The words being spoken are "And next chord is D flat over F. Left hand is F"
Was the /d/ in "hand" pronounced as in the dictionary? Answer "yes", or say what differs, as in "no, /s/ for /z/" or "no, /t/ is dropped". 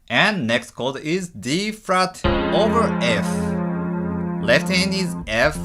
no, /d/ is dropped